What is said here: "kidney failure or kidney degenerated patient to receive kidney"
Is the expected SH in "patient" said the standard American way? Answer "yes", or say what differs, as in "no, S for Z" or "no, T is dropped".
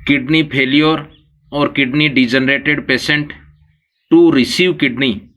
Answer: no, S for SH